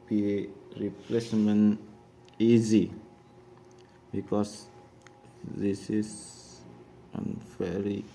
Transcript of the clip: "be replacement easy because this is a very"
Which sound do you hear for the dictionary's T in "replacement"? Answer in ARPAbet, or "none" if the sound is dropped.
none